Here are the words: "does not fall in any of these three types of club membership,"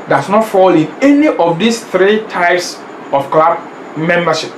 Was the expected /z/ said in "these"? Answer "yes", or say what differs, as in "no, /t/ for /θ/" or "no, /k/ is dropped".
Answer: no, /s/ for /z/